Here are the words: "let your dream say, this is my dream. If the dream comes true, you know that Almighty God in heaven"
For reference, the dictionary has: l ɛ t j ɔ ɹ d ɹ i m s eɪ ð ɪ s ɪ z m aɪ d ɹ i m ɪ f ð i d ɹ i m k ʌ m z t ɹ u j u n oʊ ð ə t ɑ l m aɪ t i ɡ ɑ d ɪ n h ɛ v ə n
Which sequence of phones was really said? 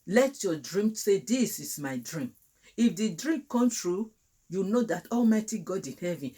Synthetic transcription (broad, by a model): l ɛ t j ɔ d ɹ i m s eɪ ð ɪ s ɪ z m aɪ d ɹ i m ɪ f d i d ɹ i m k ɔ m t ɹ u j u n oʊ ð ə t ɑ l m aɪ t i ɡ ɑ d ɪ h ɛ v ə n